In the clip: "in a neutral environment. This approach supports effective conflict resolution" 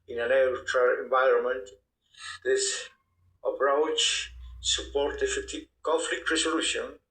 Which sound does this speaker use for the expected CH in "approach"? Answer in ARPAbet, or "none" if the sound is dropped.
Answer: CH